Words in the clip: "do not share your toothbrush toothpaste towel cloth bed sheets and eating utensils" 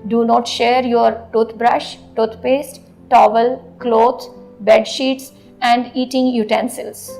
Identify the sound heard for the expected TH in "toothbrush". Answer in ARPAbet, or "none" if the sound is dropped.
T